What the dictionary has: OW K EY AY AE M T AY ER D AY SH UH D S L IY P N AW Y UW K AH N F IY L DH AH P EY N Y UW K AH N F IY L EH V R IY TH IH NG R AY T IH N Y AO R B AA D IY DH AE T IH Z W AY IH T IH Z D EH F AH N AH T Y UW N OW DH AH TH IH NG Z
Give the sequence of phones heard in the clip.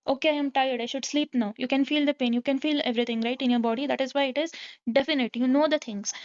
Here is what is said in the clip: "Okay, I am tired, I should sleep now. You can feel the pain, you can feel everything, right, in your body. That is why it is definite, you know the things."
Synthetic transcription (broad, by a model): OW K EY AY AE M T AY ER D AY SH UH D S L IY P N AW Y UW K AH N F IY L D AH P EY N Y UW K AH N F IY L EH V R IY T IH NG R AY T IH N Y AO R B AA D IY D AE T IH Z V AY IH T IH Z D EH F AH N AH T Y UW N OW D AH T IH NG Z